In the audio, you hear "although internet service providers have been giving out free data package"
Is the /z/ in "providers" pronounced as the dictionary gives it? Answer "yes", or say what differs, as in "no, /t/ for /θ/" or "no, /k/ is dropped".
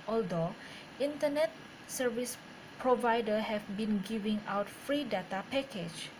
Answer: no, /z/ is dropped